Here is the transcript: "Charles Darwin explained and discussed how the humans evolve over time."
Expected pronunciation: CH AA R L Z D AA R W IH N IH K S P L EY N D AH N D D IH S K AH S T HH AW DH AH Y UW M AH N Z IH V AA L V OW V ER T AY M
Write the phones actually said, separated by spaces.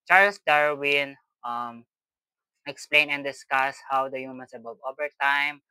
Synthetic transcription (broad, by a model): CH AA R L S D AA R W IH N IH K S P L EY N AH N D D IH S K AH S HH AW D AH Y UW M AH N S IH B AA V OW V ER T AY M